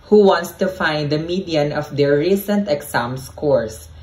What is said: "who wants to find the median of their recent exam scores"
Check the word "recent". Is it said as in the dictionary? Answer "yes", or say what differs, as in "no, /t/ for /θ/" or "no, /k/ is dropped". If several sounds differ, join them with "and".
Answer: yes